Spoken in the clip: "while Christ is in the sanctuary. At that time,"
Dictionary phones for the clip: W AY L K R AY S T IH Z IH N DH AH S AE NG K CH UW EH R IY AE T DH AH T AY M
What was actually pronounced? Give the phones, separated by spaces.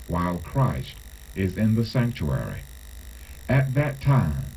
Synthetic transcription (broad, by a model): W AY L K R AY S T IH Z IH N DH AH S AE NG K CH UW EH R IY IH T DH AH T AY M